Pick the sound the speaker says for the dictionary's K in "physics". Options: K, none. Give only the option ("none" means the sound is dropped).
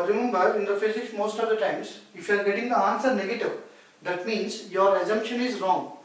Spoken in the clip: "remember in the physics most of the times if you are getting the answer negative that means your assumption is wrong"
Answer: none